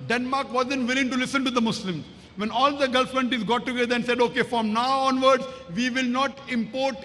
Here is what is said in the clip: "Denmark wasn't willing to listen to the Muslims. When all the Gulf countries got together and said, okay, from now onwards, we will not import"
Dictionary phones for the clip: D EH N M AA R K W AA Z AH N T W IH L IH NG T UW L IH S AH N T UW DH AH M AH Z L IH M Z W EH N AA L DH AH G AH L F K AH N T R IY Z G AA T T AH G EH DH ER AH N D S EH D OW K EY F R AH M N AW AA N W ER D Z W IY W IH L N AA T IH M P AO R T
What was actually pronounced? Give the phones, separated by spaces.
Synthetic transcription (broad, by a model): D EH N M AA R K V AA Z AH N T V IH L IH NG T UW L IH S AH N T UW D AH M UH S L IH M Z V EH N AA L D AH G AH L F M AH N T IY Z G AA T T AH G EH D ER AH N S EH D OW K EY F R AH M N AW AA N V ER D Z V IY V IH L N AA T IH M P AO R T